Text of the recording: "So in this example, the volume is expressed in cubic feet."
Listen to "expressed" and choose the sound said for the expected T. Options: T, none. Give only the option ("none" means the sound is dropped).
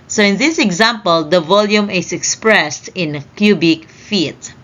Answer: T